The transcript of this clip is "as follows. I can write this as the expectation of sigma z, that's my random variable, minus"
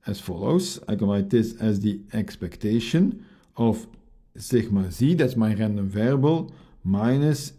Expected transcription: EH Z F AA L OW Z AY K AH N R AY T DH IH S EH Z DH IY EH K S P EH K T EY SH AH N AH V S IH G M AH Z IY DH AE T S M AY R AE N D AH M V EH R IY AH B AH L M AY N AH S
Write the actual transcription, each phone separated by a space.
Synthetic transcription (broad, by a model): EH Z F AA L OW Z AY K AH N L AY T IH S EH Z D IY EH K S P EH K T EY SH AH N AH F S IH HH M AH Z IY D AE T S M AY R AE N D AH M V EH R B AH L M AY N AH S